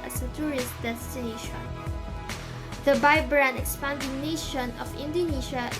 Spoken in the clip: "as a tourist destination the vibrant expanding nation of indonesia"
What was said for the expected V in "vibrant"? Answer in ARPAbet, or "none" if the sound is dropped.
B